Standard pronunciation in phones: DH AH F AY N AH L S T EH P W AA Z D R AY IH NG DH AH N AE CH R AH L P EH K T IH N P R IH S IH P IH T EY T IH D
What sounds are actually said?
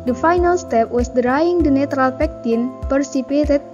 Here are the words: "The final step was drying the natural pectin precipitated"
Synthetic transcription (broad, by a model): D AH F AY N AH L S T EH P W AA S D R AY IH NG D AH N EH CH R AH L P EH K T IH N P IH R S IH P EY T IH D